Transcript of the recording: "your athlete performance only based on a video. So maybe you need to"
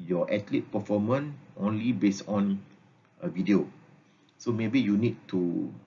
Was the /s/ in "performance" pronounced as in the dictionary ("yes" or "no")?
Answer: no